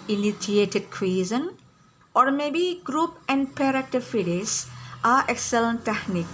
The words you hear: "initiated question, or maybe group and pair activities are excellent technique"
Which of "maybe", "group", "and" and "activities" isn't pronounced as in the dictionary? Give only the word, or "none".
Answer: activities